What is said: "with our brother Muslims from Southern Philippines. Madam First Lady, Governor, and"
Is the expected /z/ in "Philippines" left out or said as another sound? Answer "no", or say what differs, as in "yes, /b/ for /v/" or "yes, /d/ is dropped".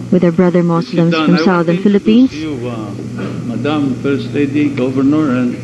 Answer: yes, /s/ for /z/